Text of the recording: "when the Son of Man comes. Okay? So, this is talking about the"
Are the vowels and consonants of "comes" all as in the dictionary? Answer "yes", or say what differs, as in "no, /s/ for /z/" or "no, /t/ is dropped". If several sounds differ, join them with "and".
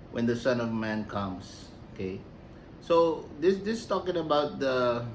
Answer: no, /s/ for /z/